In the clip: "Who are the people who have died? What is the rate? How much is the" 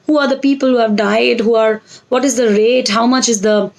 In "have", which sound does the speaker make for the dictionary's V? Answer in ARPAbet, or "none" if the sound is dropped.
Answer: V